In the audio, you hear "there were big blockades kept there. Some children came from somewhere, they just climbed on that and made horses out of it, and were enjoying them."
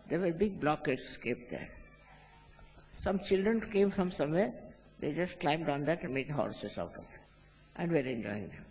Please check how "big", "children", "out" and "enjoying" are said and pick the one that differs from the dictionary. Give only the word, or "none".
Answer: none